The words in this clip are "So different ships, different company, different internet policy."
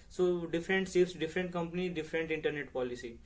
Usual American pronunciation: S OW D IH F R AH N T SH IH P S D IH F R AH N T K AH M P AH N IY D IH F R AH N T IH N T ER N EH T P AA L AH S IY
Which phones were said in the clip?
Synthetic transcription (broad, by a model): S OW D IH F R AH N T S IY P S D IH F R AH N T K AH M P AH N IY D IH F R AH N T IH N T ER N EH T P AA L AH S IY